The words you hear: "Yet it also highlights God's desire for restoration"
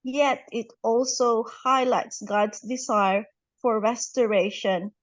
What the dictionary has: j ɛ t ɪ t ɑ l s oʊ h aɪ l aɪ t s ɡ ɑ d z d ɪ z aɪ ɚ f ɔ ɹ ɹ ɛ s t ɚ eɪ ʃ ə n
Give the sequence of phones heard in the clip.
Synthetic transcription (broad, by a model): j ɛ t ɪ t ɑ l s oʊ h aɪ l aɪ t s ɡ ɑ d s d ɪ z aɪ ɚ f ɔ ɹ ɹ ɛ s t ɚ eɪ ʃ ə n